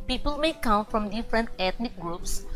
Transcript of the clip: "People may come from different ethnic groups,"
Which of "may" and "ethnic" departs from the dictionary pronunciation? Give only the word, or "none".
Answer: ethnic